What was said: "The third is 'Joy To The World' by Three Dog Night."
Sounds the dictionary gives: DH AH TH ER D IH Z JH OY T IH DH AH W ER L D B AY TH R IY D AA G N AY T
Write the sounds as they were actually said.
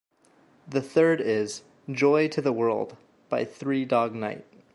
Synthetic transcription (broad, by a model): DH AH TH ER D IH Z JH OY T IH DH AH W ER L D B AY TH R IY D AA G N AY T